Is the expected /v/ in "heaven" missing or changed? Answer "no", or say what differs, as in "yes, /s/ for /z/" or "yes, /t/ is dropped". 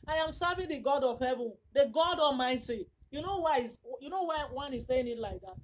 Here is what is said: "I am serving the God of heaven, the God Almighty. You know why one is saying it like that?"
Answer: no